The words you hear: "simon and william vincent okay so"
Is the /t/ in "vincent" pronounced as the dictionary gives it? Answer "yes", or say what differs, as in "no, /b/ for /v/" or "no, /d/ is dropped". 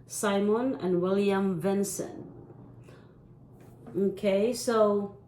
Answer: no, /t/ is dropped